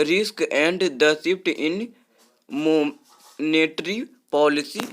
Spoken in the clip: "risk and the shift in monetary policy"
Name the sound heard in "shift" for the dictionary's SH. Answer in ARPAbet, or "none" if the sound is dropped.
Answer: S